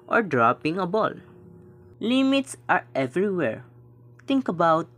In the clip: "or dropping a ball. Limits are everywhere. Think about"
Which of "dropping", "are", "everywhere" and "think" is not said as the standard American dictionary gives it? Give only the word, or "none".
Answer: think